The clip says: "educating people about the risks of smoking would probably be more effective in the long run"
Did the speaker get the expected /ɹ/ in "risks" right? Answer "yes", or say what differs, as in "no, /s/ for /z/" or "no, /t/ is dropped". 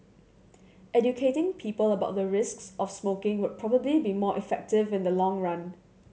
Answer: yes